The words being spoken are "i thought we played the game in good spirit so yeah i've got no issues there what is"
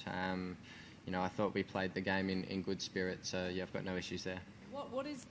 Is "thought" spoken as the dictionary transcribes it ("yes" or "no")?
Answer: yes